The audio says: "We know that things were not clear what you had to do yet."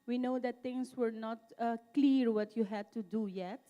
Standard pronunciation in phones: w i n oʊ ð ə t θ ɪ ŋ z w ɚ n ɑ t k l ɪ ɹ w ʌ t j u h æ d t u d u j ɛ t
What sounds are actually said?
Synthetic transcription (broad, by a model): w i n oʊ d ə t t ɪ ŋ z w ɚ n ɑ t k l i ɹ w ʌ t j u h æ d t u d u j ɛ t